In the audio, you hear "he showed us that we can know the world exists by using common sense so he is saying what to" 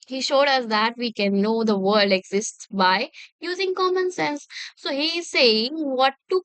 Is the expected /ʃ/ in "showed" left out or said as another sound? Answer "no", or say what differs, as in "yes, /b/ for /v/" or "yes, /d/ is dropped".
no